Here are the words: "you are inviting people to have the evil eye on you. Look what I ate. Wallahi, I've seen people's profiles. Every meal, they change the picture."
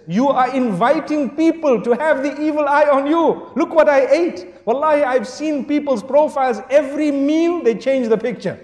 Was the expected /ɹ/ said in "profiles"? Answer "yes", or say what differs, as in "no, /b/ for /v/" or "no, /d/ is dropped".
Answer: yes